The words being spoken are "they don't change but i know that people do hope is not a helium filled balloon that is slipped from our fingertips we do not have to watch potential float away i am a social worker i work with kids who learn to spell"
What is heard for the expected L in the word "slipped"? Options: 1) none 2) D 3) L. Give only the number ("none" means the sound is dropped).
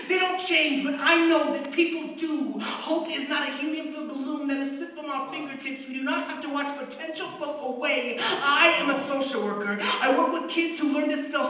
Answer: 1